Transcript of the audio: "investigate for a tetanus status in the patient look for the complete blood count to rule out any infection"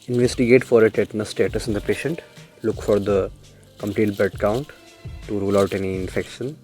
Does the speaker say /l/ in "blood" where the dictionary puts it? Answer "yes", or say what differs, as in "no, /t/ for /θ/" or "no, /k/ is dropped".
no, /l/ is dropped